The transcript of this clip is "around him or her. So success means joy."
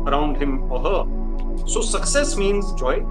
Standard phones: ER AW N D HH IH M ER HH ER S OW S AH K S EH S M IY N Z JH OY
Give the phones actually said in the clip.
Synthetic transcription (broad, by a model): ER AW N D HH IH M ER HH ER S OW S AH K S EH S M IY N Z JH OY